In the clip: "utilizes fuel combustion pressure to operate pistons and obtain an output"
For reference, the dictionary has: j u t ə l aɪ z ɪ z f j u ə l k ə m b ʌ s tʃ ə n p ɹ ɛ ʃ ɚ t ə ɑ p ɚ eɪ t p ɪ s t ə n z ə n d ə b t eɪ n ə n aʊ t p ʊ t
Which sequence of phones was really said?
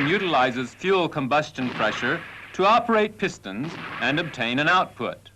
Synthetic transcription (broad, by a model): j u t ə l aɪ z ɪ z f j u l k ə m b ʌ s tʃ ə n p ɹ ɛ ʃ ɚ t ə ɑ p ɚ eɪ t p ɪ s t ə n z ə n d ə b t eɪ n ə n aʊ t p ʊ t